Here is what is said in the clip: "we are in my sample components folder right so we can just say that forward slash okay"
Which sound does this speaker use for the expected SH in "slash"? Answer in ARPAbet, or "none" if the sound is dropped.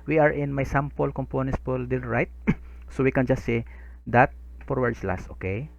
S